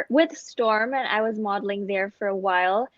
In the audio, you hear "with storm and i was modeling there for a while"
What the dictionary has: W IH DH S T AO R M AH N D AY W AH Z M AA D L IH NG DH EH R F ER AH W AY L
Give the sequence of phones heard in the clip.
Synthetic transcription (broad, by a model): W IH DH S T AO R M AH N AY W AH Z M AA D L IH NG DH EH R F ER AH W AY L